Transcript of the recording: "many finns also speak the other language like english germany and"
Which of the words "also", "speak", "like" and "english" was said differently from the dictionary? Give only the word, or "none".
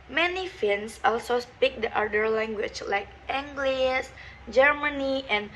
english